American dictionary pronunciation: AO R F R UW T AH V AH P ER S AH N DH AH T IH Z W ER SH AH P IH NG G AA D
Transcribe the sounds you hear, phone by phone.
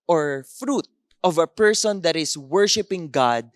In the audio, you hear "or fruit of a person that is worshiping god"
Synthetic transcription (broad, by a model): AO R F R UW T AH V AH P ER S AH N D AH T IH S W ER SH AH P IH NG G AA D